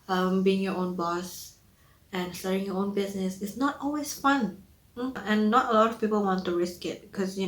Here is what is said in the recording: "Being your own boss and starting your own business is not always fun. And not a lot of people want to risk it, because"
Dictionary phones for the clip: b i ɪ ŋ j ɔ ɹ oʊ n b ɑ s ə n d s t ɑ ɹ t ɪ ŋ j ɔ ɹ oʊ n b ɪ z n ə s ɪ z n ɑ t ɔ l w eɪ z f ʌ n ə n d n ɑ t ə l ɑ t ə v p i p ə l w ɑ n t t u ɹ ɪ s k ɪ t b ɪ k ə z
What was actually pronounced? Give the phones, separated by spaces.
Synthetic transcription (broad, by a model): b i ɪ ŋ j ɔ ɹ oʊ n b ɑ s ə n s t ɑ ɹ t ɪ ŋ j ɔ oʊ n b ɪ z n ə s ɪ s n ɑ t ɔ l w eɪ s f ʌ n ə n n ɑ t ə l ɑ t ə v p i p ə l w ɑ n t t u ɹ ɪ s k ɪ t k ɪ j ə